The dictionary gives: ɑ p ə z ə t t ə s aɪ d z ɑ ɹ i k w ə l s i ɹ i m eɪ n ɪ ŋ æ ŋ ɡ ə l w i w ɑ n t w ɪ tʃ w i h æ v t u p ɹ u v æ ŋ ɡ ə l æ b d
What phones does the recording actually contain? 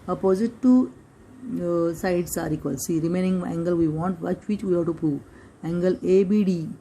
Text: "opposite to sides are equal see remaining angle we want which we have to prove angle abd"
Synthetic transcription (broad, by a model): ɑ p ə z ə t t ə s aɪ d s ɑ ɹ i k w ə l s i ɹ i m eɪ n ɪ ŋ æ ŋ ɡ ə l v i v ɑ n t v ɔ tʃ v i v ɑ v t u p u æ ŋ ɡ ə l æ b d